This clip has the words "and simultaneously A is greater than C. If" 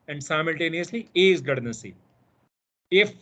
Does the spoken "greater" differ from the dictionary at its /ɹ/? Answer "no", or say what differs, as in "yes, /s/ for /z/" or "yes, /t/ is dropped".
yes, /ɹ/ is dropped